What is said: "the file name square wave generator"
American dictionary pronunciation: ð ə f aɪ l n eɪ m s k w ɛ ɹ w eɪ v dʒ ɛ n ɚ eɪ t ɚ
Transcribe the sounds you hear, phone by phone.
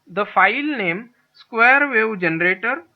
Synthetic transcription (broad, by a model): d ə f aɪ l n eɪ m s k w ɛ ɹ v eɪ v dʒ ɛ n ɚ eɪ t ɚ